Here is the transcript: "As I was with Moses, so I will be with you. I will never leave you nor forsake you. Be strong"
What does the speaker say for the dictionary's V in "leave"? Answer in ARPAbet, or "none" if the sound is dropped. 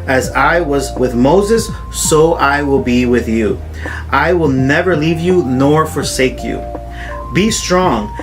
V